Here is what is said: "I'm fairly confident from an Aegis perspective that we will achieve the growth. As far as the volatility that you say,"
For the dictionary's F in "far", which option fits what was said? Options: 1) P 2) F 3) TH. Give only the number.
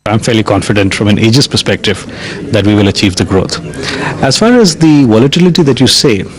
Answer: 2